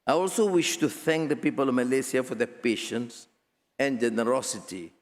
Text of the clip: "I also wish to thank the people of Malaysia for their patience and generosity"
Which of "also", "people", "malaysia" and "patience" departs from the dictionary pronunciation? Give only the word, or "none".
malaysia